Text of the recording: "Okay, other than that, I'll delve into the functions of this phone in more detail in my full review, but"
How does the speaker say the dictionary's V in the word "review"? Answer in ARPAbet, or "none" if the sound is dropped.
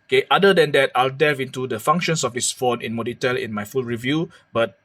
V